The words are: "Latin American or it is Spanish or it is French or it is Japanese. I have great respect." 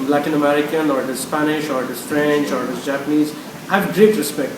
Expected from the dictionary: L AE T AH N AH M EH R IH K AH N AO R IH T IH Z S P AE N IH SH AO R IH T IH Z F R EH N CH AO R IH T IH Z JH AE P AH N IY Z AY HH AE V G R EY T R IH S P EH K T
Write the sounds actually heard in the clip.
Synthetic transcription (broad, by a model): L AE T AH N AH M EH R IH K AH N AO R IH T IH Z S P AE N IH SH AO R IH T IH Z F R EH N CH AO R IH T IH Z JH AE P AH N IY Z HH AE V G R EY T R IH S P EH K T